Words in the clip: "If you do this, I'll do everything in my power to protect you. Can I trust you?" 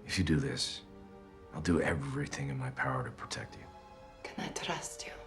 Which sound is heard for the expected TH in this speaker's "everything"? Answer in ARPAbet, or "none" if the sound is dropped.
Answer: TH